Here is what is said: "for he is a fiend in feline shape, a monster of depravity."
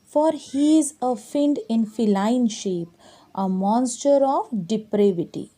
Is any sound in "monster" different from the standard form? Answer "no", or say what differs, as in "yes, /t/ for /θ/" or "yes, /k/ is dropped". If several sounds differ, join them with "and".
no